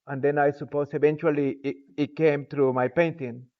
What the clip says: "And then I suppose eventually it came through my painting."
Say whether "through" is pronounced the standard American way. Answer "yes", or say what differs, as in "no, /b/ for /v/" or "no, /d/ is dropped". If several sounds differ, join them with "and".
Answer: no, /t/ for /θ/